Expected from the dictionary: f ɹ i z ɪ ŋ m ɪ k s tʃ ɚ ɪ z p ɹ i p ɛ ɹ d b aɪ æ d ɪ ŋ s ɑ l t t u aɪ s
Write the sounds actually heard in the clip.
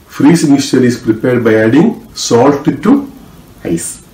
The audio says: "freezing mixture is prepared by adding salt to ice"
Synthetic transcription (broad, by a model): f ɹ i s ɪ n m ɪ s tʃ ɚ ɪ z p ɹ i p ɛ ɹ d b aɪ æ d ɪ ŋ s ɑ l t t u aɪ s